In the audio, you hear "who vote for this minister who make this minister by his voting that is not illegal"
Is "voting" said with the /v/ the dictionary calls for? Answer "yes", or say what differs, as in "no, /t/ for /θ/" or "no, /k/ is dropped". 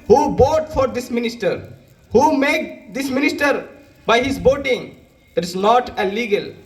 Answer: no, /b/ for /v/